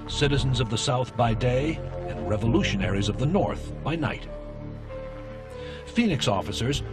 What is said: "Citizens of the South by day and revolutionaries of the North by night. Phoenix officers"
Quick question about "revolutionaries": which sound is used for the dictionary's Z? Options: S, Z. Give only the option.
Z